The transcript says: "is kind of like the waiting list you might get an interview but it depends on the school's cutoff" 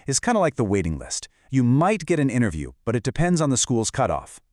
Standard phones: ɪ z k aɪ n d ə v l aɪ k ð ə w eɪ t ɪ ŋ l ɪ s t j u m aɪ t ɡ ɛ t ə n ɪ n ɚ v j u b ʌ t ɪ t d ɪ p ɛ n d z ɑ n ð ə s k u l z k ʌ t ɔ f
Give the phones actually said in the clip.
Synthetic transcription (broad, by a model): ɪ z k aɪ n d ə l aɪ k ð ə w eɪ t ɪ ŋ l ɪ s t j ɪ m aɪ t ɡ ɛ t ə n ɪ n ɚ v j u b ʌ t ɪ t d ɪ p ɛ n d z n ð ə s k u l z k ʌ t ɔ f